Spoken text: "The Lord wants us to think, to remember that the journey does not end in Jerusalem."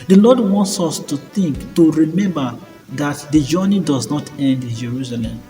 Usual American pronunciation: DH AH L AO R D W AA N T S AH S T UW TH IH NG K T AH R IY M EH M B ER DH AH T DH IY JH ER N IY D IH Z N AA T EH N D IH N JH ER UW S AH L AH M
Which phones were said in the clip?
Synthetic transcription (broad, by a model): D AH L AO D W AA N T S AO S T UW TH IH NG K T AH R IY M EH M B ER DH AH T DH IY JH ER N IY D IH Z N AA T EH N D IH N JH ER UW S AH L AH M